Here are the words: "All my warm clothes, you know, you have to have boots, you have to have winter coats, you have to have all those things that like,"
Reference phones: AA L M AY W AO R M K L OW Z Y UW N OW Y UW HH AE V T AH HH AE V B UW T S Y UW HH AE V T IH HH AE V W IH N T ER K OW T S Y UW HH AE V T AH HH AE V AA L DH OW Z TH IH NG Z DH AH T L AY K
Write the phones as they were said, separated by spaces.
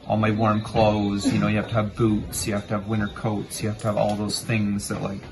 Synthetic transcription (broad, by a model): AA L M AY W AO R M K L OW Z Y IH N OW Y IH HH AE F T AH V B UW T S Y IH HH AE F T IH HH V W IH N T ER K OW T S Y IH HH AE F T AH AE V AA L DH OW Z TH IH NG Z DH AH T L AY K